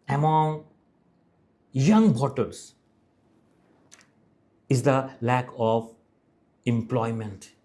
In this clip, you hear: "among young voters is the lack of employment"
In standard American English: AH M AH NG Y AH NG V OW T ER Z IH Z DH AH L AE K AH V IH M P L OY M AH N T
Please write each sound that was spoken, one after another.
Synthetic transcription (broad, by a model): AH M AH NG Y AH NG B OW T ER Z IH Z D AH L AE K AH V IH M P L OY M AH N T